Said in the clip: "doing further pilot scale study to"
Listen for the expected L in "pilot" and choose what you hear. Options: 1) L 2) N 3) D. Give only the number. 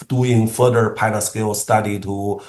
2